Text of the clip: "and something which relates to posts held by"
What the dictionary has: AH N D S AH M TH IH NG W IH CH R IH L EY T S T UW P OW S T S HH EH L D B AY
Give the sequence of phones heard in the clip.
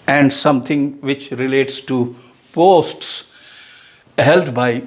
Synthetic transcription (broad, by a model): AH N D S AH M T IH NG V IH CH R IH L EY T S T UW P OW S T S HH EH L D B AY